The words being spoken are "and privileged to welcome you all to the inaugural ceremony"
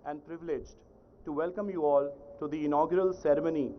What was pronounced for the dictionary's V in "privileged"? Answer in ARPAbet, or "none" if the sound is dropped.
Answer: V